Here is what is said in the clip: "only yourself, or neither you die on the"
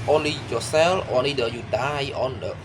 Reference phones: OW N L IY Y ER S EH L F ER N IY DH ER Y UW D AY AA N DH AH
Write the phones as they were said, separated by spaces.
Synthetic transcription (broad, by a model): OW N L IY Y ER S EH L AO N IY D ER Y UW D AY AA N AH